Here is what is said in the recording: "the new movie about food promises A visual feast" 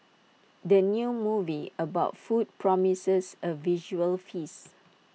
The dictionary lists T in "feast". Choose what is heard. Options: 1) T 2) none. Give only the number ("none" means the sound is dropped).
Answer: 2